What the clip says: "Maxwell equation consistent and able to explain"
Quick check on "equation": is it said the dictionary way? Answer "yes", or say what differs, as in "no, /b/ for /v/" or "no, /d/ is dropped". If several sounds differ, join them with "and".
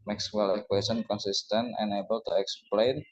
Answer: no, /s/ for /ʒ/